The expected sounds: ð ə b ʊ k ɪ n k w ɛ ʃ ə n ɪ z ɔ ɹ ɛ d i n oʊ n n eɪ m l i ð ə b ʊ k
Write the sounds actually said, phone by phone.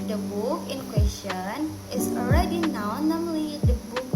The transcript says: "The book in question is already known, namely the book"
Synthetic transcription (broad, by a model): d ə b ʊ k ɪ n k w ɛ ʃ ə n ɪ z ɔ ɹ ɛ d i n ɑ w n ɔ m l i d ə b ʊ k